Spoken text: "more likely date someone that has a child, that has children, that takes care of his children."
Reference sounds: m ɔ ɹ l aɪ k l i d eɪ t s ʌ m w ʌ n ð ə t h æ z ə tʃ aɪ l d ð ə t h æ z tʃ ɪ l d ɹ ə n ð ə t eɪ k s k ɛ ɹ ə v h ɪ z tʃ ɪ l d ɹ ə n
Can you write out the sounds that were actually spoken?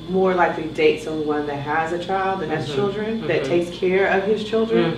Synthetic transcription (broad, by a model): m ɔ ɹ l aɪ k l i d eɪ t s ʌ w ʌ n ð ə t h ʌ z ə tʃ aɪ l d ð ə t h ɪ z tʃ ɪ l d ɹ ə n ð ə t eɪ k s k ɛ ɹ ə v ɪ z tʃ ɪ l d ɹ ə n